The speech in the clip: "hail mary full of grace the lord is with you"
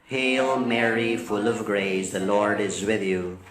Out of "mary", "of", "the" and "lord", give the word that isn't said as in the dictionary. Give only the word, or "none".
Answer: none